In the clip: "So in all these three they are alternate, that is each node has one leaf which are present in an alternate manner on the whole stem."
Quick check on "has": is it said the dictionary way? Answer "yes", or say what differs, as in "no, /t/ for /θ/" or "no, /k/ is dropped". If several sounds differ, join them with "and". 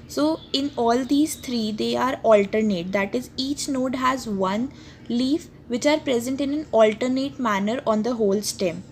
yes